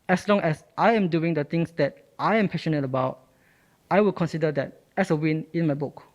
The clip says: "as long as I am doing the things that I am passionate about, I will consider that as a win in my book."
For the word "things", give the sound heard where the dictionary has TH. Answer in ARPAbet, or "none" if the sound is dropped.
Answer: T